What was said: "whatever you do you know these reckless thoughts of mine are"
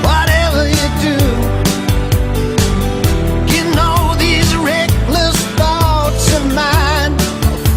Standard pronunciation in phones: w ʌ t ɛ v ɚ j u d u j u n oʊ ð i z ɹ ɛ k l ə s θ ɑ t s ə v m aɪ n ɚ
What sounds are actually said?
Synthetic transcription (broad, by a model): w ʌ t ɛ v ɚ j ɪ d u j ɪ n oʊ ð i z ɹ ɛ k l ə s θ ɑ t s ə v m aɪ n